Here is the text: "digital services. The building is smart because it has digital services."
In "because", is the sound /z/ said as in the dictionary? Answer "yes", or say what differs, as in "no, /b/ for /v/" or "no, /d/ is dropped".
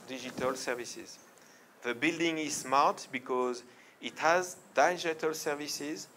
yes